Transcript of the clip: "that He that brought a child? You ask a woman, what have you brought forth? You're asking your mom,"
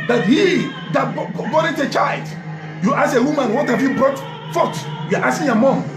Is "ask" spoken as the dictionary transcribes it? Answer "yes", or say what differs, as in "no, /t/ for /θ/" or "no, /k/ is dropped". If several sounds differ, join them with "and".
no, /k/ is dropped